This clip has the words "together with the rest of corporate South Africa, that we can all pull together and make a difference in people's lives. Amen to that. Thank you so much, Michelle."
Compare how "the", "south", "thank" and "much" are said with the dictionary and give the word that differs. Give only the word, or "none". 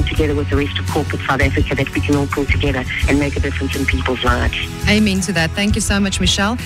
none